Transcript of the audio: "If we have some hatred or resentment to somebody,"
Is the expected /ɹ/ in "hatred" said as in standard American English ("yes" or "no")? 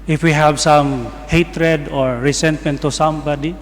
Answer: yes